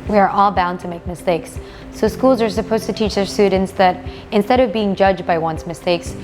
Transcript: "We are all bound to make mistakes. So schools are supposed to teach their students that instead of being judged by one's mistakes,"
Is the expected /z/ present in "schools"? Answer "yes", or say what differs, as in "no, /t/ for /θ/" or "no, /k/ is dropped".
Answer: yes